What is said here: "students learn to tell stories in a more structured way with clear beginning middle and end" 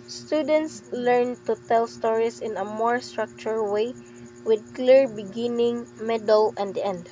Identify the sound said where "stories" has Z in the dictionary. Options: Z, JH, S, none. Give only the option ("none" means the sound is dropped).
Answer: S